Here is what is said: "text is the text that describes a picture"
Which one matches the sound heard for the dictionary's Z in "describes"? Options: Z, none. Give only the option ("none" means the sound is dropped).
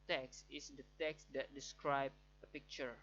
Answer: none